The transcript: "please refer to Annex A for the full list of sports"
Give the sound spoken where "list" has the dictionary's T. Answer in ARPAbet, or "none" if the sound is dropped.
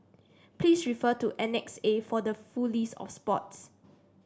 none